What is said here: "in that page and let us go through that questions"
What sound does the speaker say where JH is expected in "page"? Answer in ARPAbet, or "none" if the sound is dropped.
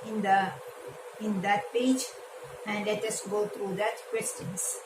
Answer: JH